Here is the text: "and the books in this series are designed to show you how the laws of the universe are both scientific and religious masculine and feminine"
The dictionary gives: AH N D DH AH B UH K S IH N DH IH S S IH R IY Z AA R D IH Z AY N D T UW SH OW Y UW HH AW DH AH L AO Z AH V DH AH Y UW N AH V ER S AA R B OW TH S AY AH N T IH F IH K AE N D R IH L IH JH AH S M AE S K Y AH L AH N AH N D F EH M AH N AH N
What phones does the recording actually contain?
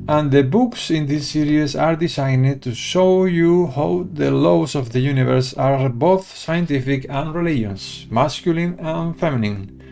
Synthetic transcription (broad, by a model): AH N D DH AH B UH K S IH N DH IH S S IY R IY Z AA R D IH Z AY N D T UW SH OW Y UW HH AW DH AH L AO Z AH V DH AH Y UW N AH V ER S AA R B OW TH S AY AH N T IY F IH K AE N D R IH L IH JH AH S M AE S K Y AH L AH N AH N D F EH M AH N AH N